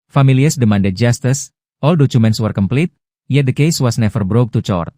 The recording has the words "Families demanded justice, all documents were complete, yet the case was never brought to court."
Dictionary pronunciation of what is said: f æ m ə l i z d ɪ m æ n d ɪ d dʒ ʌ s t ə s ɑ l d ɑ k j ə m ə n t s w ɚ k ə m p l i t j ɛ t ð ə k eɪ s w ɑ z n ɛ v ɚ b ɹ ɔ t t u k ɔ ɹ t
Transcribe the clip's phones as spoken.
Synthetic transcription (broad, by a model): f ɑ m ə l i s d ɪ m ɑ n d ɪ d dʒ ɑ s t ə s ɑ l d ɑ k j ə m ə n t s w ɚ k ə m p l i t j ɛ t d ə k eɪ s w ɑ s n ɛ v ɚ b ɹ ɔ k t u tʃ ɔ ɹ t